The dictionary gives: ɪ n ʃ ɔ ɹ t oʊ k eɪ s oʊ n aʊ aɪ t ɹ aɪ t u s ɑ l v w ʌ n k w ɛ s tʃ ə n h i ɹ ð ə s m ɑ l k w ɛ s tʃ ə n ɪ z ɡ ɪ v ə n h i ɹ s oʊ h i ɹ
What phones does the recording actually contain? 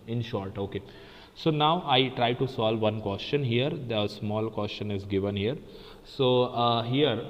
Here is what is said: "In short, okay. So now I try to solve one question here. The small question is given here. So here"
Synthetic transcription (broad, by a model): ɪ n ʃ ɔ ɹ t oʊ k eɪ s oʊ n aʊ aɪ t ɹ aɪ t u s ɑ l v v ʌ n k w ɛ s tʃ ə n h i ɹ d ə s m ɑ l k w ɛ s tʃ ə n ɪ z ɡ ɪ v ə n h i ɹ s oʊ h i ɹ